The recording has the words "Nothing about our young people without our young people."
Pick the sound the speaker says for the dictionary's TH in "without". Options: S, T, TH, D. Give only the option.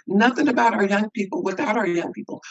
TH